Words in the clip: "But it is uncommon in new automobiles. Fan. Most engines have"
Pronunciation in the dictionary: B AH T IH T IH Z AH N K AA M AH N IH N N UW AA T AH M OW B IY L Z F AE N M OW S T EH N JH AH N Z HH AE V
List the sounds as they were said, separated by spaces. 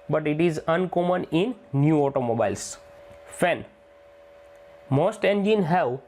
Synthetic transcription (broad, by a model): B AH T IH T IH Z AH N K AA M AH N IH N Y UW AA T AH M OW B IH L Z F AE N M OW S T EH N JH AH N HH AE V